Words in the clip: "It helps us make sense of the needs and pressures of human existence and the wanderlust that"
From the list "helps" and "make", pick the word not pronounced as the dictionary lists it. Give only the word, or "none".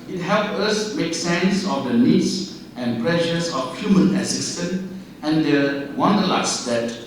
helps